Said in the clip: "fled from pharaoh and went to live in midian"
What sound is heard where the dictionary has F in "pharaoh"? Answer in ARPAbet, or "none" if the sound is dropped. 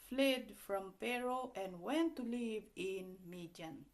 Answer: P